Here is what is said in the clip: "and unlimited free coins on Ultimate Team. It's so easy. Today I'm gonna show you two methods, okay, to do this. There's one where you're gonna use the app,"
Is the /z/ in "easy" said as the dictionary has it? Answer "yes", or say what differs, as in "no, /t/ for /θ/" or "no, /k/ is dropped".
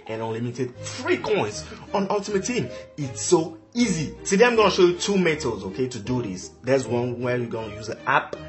yes